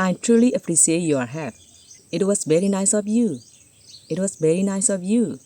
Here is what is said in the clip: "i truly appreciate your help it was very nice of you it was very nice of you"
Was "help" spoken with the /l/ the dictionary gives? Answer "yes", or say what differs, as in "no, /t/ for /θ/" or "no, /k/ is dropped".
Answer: no, /l/ is dropped